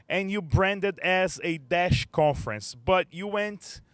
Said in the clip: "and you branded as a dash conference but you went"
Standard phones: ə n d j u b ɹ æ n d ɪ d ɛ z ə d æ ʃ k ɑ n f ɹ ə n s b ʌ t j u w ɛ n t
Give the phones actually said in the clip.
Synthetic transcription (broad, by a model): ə n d j u b ɹ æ n d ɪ d ɛ z ə d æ ʃ k ɑ n f ɹ ə n s b ʌ t j u w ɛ n t